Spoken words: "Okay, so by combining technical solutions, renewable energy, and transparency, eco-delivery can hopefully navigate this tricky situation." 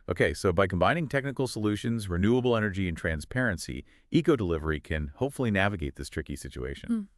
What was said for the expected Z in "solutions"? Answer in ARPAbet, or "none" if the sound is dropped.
Z